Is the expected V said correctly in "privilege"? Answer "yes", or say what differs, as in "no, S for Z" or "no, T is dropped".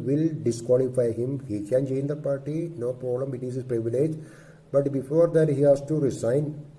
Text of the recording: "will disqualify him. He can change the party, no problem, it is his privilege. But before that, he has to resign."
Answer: yes